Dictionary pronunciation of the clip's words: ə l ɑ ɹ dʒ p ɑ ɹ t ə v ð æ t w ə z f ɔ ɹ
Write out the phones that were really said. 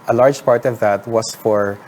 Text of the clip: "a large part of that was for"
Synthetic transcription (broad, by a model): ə l ɑ ɹ dʒ p ɑ ɹ t ə v ð æ t w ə s f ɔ ɹ